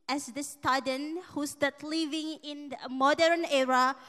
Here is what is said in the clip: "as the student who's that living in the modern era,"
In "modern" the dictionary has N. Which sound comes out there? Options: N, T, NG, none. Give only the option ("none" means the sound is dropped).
N